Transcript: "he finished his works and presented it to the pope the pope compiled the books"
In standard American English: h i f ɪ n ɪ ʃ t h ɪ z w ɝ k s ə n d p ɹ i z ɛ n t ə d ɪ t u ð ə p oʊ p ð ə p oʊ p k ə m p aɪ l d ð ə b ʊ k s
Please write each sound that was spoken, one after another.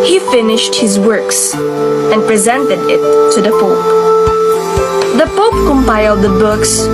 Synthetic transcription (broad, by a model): h i f ɪ n ɪ ʃ t h ɪ z w ɝ k s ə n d p ɹ i z ɛ n t ə d ɪ t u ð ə p oʊ p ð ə p oʊ p k ə m p aɪ l d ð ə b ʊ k s